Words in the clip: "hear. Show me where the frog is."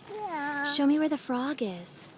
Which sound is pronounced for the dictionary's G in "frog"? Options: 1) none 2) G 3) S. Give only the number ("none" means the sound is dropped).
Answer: 2